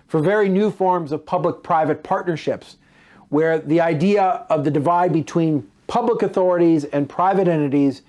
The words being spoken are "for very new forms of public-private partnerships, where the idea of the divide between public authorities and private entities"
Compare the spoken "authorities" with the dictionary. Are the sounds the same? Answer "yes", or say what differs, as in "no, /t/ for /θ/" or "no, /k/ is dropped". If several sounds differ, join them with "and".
yes